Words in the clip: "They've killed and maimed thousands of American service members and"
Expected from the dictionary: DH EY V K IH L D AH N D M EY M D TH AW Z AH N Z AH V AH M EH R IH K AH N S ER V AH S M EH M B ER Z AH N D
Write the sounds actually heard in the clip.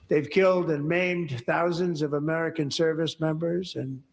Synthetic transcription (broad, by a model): DH EY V K IH L D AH N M EY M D TH AW Z AH N Z AH V AH M EH R IH K AH N S ER V AH S M EH M B ER Z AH N